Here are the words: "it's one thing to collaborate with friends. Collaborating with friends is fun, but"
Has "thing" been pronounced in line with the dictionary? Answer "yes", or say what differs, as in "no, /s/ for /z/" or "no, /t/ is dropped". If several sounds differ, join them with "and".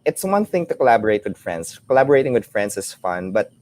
yes